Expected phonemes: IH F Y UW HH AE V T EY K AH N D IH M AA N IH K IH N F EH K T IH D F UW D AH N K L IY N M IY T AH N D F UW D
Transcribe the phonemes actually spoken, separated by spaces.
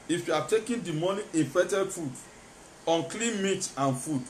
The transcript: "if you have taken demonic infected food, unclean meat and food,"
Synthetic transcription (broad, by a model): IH F Y UW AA T EY K AH N D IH M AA N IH IH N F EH T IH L F UW D AH N K L IY N M IY T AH N F UW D